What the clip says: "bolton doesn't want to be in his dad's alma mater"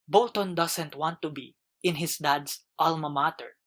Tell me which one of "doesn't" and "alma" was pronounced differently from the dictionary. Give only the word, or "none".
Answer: doesn't